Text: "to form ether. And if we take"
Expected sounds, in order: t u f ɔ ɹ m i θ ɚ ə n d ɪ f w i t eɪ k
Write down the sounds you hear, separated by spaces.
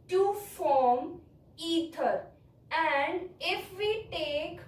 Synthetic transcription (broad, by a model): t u f ɔ ɹ m i t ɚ ə n d ɪ f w i t eɪ k